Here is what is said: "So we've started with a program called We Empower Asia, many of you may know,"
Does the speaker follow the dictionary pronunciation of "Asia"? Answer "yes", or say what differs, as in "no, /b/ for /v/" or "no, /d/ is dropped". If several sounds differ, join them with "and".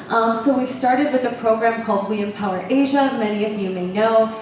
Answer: yes